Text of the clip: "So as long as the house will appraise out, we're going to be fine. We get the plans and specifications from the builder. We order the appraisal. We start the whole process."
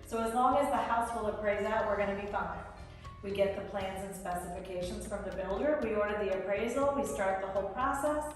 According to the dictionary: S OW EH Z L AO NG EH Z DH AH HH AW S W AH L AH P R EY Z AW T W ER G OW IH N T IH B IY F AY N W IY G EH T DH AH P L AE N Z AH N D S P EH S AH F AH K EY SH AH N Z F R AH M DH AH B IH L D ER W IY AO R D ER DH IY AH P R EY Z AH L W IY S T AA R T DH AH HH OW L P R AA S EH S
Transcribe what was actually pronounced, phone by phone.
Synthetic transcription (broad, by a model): S OW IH Z L AO NG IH Z DH AH HH AW S W AH L AH P R EY Z AW T W ER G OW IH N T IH B IY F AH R W IY G EH T DH AH P L AE N Z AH N S P EH S AH F AH K EY SH AH N Z F R AH M DH AH B IH L D ER W IY AO R D ER DH IY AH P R EY Z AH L W IY S T AA R T DH AH HH OW L P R AA S EH S